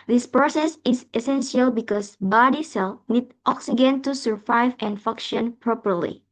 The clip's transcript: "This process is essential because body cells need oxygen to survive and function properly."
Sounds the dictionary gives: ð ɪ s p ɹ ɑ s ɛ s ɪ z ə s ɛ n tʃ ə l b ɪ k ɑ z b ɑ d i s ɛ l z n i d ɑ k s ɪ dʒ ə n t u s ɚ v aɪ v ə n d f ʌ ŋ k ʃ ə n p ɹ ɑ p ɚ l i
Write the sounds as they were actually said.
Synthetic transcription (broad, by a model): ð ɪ s p ɹ ɑ s ɛ s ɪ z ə s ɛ n s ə l b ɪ k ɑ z b ɑ d i s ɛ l n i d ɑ k s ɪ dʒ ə n t u s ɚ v aɪ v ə n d f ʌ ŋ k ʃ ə n p ɹ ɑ p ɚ l i